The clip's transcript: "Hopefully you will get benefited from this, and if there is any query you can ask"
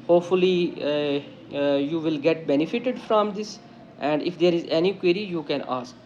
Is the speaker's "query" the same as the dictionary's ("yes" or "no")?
yes